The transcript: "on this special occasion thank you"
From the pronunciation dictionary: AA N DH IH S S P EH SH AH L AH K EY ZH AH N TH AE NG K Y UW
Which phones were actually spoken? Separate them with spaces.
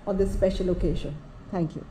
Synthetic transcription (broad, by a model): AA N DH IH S S P EH SH AH L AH K EY SH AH N T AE NG K Y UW